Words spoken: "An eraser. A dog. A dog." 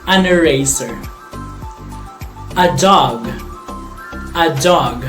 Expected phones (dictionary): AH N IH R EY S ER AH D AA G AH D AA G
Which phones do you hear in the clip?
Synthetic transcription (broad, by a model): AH N IH R EY S ER AH D AA G AH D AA G